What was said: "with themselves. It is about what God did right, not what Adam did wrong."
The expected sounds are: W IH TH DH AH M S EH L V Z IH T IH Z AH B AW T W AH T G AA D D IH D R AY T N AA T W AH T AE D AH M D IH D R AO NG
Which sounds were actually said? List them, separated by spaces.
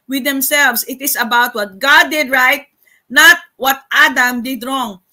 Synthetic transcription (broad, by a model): W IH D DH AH M S EH L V S IH T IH S AH B AW T W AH T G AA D D IH D R AY T N AA T W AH T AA D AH M D IH D R AO NG